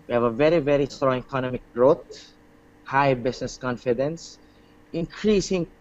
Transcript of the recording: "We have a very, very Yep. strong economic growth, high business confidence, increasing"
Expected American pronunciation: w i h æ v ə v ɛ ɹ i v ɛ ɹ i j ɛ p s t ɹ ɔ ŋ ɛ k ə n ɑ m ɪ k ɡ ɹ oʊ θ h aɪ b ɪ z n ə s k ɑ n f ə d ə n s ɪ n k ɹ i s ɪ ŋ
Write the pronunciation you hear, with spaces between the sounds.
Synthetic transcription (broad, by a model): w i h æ v ə v ɛ ɹ i v ɛ ɹ i s t ɹ ɔ ŋ ɛ k ə n ɑ m ɪ k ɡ ɹ oʊ t h aɪ b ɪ s n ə s k ɑ n f ə d ə n s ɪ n k ɹ i s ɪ ŋ